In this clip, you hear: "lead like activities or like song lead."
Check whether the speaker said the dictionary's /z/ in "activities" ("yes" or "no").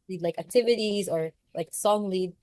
yes